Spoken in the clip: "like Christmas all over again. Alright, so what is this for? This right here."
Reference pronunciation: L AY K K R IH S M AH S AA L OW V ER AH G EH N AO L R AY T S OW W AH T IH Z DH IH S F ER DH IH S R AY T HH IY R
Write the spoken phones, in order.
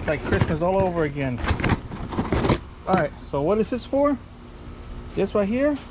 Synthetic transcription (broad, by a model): L AY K K R IH S M AH S AA L OW V ER AH G EH N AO R AY T S OW W AH T IH Z DH IH S F ER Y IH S W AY HH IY R